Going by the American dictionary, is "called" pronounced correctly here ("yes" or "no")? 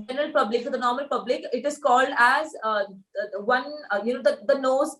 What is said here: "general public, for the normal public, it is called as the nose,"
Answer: yes